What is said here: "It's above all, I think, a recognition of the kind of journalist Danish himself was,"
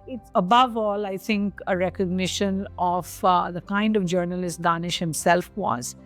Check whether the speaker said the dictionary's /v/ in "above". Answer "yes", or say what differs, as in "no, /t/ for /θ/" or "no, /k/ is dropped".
yes